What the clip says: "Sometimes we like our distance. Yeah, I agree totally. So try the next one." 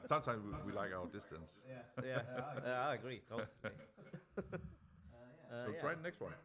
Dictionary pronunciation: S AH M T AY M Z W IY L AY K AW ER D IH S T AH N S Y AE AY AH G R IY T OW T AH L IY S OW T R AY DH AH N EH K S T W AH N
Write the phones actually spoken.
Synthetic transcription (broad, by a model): S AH M T AY M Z W IY L AY K AW ER D IH S T AH N S Y AE AY AH G R IY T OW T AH IY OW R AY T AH N EH K S T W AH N